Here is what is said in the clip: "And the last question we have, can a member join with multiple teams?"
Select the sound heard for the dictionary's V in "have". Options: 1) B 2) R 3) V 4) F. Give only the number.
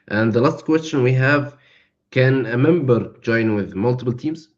3